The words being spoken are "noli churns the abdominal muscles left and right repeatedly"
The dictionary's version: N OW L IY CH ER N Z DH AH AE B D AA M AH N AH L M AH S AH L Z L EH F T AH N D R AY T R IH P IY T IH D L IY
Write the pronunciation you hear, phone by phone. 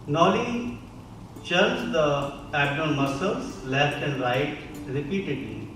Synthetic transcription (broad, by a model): N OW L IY CH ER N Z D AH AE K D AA AH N M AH S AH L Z L EH F T AH N D R AY T R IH P IY T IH D L IY